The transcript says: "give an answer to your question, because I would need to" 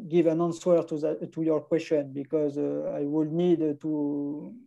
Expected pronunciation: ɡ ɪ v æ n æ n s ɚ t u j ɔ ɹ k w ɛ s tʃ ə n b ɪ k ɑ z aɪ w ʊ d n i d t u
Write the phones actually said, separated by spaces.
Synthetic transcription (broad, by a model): ɡ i v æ n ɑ n s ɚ t u j ɔ ɹ k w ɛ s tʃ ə n b ɪ k ɑ z aɪ w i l n i d t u